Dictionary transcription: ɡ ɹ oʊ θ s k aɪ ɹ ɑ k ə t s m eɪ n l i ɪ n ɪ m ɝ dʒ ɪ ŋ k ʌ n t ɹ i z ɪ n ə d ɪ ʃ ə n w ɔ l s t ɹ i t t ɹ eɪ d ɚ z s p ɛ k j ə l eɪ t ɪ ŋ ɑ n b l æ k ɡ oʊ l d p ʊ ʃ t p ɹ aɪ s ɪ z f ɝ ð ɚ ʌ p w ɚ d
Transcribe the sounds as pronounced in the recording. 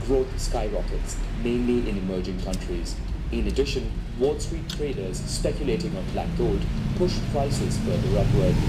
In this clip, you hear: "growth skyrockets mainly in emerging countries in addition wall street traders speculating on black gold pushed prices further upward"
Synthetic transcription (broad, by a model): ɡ ɹ oʊ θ s k aɪ ɹ ɑ k ə t s m eɪ n l i ɪ n ɪ m ɝ dʒ ɪ ŋ k ʌ n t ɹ i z ɪ n ə d ɪ ʃ ə n w ɔ l s t ɹ i t t ɹ eɪ d ɚ z s p ɛ k j ə l eɪ t ɪ ŋ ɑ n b l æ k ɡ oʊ d p ʊ ʃ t p ɹ aɪ s ɪ z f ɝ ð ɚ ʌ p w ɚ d